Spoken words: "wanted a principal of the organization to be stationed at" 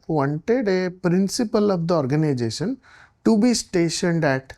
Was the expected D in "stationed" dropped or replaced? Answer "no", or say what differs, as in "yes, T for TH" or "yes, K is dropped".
no